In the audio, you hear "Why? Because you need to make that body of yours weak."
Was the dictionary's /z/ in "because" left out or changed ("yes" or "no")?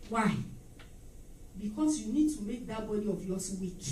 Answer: yes